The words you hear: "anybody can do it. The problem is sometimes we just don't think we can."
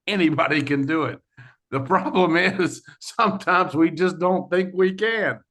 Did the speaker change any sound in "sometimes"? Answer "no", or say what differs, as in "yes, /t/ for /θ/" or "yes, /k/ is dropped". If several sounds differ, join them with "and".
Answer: no